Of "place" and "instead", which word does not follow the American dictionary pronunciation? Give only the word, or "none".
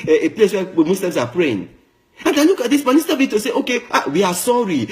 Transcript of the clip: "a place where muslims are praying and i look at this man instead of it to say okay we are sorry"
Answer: instead